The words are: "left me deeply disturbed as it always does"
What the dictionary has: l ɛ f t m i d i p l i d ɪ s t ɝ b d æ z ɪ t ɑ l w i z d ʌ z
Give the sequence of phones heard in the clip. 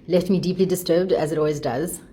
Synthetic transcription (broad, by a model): l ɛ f t m i d i p l i d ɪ s t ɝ b d æ z ɪ t ɑ l w i z d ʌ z